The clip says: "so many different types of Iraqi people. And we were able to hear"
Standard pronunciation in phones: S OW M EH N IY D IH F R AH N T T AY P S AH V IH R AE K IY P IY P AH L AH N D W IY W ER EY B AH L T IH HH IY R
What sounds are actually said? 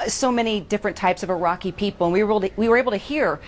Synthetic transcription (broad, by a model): S OW M EH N IY D IH F R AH N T T AY P S AH V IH R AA K IY P IY P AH W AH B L W IY W ER EY B L T IH HH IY R